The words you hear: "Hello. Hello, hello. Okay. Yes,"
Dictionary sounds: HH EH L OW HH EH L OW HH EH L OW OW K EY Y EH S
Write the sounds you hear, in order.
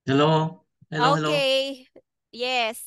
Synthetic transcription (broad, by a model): HH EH L OW HH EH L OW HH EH L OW OW EY Y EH S